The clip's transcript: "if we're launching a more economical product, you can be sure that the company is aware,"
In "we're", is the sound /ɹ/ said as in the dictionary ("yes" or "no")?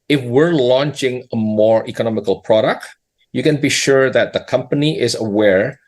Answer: yes